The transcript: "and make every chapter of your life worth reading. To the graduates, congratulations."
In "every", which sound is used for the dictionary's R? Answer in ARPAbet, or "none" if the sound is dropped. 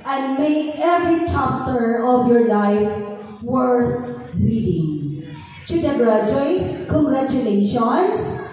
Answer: R